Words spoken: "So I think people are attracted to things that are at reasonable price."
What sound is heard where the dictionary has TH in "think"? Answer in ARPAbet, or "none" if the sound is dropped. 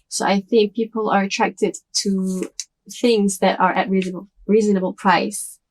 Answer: TH